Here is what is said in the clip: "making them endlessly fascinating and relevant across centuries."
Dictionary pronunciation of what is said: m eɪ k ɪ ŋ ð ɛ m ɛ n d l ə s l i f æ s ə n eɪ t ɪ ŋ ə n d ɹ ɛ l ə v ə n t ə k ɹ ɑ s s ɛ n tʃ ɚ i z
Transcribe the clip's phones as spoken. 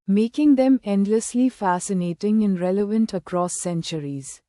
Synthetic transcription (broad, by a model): m eɪ k ɪ ŋ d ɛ m ɛ n d l ə s l i f æ s ə n eɪ t ɪ ŋ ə n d ɹ ɛ l ə v ə n t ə k ɹ ɑ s s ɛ n tʃ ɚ i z